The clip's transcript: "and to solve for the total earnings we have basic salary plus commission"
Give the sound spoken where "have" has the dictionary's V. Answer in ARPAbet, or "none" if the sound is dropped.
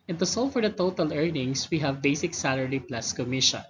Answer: V